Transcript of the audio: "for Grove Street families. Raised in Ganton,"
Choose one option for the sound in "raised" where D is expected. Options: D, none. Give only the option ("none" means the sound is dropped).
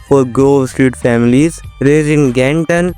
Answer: none